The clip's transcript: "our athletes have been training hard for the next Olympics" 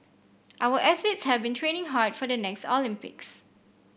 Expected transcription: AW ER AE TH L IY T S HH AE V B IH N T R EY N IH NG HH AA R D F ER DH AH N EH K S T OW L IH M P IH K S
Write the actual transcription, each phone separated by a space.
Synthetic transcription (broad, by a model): AW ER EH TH IY T S HH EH V B IH N T R EY N IH NG HH AA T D F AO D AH N EH K S T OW L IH M P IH K S